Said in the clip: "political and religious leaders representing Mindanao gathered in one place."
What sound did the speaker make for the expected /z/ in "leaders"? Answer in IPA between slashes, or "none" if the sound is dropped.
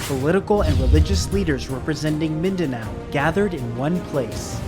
/z/